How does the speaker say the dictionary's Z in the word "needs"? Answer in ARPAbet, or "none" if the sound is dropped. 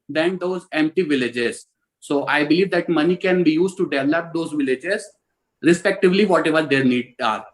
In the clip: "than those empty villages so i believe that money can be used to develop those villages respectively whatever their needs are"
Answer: none